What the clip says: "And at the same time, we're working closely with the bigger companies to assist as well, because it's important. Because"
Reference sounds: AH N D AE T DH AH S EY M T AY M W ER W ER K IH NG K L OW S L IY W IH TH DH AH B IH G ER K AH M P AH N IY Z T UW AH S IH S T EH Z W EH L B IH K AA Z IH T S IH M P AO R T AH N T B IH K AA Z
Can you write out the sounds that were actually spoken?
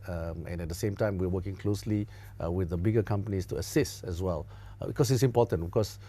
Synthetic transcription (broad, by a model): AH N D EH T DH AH S EY M T AY M W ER W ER K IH NG K L OW S L IY W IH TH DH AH B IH G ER K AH M P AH N IY S T UW AH S IH S T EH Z W EH L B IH K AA S IH T S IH M P AO T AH N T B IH K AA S